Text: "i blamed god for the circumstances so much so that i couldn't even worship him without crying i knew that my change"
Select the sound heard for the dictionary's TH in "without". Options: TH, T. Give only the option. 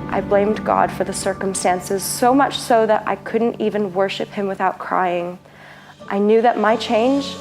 TH